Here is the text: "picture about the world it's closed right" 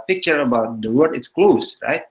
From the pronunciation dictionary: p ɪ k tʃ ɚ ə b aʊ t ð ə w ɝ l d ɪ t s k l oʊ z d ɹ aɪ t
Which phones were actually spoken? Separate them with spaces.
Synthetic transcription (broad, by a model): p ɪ k tʃ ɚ ə b aʊ t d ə w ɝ d ɪ t s k l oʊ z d ɹ aɪ t